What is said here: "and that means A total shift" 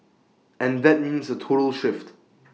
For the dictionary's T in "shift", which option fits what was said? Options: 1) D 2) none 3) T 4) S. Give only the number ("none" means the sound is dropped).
3